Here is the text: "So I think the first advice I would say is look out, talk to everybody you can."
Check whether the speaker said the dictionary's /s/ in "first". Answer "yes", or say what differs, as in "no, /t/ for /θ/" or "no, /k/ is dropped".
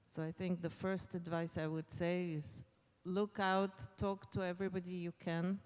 yes